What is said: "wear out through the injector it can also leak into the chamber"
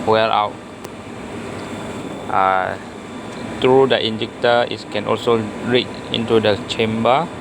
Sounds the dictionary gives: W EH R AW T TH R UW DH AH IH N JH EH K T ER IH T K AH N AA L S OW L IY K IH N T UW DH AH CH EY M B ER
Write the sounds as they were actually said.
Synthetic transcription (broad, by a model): W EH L AW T T R UW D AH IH N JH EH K T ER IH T K AH N AA L S OW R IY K IH N T UW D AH CH EY M B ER